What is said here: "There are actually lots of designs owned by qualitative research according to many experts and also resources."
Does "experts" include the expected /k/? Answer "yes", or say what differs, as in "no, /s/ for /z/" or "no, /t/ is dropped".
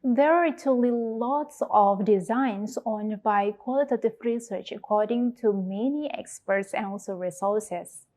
yes